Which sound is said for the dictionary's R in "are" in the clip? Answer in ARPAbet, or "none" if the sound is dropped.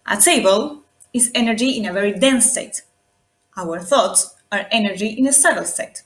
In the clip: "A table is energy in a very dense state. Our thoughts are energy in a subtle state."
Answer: R